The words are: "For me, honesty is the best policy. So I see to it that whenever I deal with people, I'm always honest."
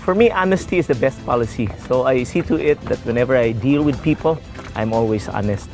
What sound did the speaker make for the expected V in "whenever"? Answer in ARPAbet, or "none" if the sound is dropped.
V